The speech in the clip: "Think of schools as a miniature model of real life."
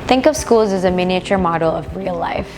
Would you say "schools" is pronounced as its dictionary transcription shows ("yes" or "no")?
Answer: yes